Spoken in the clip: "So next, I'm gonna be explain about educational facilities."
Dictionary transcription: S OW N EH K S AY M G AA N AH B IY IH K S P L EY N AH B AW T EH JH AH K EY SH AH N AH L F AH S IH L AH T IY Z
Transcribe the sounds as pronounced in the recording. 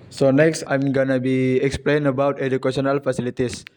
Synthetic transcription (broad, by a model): S OW N EH K S AY M G AA N AH B IY IH K S P L EY N AH B AW T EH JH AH K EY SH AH N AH L F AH S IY L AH T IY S